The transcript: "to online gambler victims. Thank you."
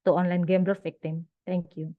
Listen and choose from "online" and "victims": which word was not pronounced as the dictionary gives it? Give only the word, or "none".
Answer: victims